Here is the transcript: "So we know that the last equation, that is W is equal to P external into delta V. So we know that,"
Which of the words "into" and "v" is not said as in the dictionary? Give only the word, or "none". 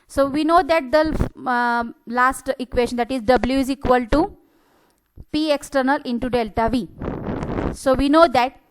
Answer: none